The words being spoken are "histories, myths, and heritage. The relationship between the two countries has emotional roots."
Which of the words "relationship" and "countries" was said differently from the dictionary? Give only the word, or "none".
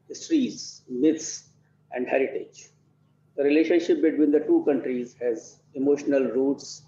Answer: none